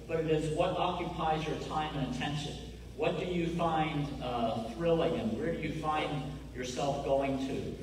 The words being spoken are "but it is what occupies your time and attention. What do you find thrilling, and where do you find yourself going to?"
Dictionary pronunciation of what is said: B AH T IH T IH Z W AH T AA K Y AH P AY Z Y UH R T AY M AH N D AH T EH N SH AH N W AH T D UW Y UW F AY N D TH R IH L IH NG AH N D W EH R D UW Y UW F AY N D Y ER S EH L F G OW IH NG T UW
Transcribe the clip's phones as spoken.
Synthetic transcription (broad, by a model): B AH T IH T IH Z W AH T AA K Y AH P AY Z Y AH R T AY M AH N AH T EH N SH AH N W AH T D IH Y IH F AY N D TH R IH L IH NG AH N W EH R D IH Y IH F AY N D Y ER S EH L F G OW IH NG T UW